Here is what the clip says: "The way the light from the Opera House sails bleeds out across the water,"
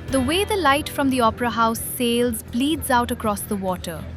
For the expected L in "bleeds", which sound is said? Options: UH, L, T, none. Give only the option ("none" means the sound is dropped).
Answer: L